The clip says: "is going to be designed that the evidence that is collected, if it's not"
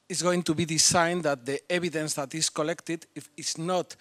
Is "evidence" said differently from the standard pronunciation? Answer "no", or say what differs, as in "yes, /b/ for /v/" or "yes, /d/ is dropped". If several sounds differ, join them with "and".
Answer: yes, /b/ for /v/